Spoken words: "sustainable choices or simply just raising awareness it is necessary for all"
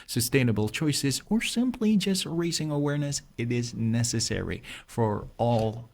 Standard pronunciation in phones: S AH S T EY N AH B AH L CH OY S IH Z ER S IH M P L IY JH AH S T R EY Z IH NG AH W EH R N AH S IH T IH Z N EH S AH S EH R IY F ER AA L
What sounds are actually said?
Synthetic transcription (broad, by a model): S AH S T EY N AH B L CH OY S IH Z ER S IH M P L IY JH AH S T R EY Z IH NG AH W EH R N AH S IH T IH Z N EH S AH S EH R IY F ER AA L